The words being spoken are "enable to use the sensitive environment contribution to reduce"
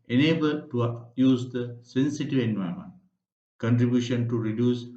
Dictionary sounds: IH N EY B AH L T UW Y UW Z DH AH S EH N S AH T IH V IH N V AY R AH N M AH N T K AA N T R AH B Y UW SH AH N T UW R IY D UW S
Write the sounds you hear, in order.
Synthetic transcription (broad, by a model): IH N EY B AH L T UW Y UW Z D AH S EH N S AH T IH V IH N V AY AH M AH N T K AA N T R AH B Y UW SH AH N T UW R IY D UW S